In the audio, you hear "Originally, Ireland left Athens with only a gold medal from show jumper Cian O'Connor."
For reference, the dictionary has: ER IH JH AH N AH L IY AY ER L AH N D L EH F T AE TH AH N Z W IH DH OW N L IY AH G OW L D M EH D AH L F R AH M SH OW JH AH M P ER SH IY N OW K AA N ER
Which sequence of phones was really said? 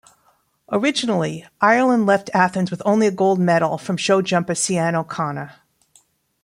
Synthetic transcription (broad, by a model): ER IH JH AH N L IY AY ER L AH N D L EH F T AE TH AH N Z W IH DH OW N L IY AH G OW L D M EH D L F R AH M SH OW JH AH M P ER S IY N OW K AA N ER